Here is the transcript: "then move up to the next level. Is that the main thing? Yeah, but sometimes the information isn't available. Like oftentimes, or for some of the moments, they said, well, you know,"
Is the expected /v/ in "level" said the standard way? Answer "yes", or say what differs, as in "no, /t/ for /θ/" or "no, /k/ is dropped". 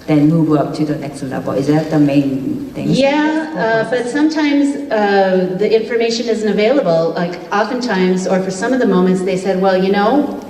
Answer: no, /b/ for /v/